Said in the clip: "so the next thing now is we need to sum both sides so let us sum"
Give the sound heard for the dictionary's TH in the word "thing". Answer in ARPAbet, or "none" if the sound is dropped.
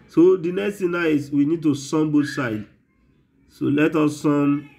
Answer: T